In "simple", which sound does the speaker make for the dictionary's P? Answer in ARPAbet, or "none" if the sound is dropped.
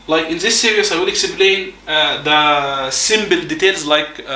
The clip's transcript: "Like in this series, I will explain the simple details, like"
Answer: B